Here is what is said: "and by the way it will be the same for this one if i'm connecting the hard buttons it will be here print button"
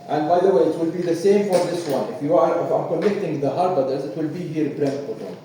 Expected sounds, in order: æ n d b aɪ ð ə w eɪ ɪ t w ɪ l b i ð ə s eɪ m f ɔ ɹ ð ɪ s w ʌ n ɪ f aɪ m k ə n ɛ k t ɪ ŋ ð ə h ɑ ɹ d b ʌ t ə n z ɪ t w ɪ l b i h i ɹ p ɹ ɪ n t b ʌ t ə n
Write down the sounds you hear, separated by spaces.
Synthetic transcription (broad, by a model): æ n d b aɪ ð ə w eɪ ɪ t w ɪ l b i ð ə s eɪ m f ɔ ɹ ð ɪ s w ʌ n ɪ f aɪ m k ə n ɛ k t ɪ ŋ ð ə h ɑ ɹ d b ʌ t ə z ɪ t w ɪ l b i h i ɹ b ɹ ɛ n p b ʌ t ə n